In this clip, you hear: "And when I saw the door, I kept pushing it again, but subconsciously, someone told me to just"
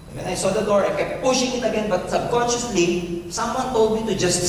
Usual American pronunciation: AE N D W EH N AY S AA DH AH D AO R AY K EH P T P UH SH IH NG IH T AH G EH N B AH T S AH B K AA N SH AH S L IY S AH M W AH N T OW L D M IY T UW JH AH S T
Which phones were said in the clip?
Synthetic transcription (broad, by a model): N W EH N AY S AA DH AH D AO R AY K EH P P UH SH IH NG IH T AH G EH N B AH T S AH B K AA N SH AH S L IY S AH M W AH N T OW L D M IY T UW JH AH S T